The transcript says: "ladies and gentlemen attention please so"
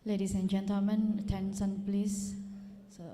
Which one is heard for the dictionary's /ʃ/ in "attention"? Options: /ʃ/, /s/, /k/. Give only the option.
/s/